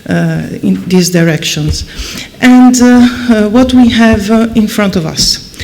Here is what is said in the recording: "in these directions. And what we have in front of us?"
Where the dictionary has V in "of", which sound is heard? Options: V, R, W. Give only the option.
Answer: V